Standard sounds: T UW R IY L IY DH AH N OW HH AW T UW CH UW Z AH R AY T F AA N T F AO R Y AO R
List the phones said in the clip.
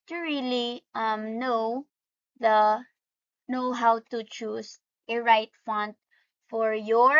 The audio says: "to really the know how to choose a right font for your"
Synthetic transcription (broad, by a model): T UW R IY L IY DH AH N OW HH AW T UW CH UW S AH R AY T F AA N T F AO R Y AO R